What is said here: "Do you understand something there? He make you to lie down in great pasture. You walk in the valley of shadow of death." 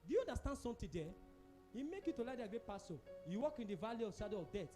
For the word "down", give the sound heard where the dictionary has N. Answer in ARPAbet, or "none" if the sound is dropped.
none